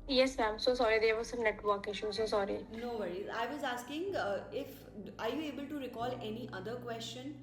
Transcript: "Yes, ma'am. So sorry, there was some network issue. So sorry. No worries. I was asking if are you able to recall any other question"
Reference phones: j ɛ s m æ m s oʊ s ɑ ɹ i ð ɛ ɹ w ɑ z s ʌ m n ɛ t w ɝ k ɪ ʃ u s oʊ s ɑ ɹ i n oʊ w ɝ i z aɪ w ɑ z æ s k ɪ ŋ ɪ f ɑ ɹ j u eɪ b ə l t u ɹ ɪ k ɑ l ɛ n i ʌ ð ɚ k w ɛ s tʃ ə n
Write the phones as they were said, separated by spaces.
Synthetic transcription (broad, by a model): j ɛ s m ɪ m s oʊ s ɑ ɹ i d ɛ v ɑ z s ʌ m n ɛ t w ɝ k ɪ ʃ u s oʊ s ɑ ɹ i n oʊ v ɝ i aɪ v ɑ z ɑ s k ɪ ŋ ɪ f ɑ ɹ j u eɪ b ə l t u ɹ ɪ k ɑ l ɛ n i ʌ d ɚ k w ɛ s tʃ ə n